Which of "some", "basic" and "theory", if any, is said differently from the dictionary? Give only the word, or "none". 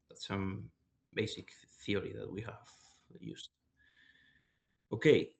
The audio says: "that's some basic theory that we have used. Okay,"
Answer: none